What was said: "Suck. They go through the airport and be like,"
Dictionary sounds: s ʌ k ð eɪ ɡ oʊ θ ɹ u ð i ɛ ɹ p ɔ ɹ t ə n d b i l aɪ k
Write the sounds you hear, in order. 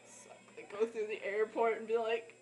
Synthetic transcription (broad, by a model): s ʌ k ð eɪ ɡ oʊ θ ɹ u ð i ɛ ɹ p ɔ ɹ t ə n b i l aɪ k